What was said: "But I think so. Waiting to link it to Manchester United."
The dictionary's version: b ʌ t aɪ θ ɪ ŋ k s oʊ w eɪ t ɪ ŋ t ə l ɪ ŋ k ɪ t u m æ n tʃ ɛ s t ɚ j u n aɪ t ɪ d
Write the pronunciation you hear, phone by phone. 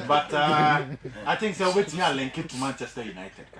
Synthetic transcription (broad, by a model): b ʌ t aɪ t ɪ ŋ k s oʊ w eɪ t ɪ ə l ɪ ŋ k ɪ t u m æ n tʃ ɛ s t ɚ j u n aɪ t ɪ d